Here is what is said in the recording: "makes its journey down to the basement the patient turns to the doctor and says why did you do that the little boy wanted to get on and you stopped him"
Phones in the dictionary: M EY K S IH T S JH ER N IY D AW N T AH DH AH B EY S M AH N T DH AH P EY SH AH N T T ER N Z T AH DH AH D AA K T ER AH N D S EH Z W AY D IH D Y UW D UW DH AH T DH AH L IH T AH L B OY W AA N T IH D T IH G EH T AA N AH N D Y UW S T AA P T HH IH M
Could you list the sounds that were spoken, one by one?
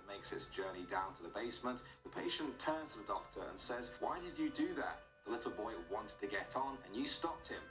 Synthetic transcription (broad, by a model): M EY K S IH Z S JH ER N IY D AW N T AH DH AH B EY S M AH N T DH AH P EY SH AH N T T ER N Z T AH DH AH D AA K T ER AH N S EH Z W AY D IH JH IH D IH DH AH T DH AH L IH T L B OY W AA N T IH D T IH G EH T N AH N Y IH S T AA P T HH IH M